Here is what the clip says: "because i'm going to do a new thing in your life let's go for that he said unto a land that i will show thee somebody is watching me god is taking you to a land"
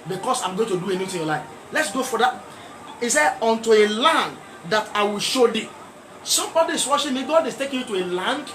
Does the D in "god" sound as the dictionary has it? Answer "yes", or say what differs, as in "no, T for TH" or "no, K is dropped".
yes